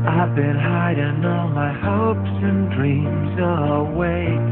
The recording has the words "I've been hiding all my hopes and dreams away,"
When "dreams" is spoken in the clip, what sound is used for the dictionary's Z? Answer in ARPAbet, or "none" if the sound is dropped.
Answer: Z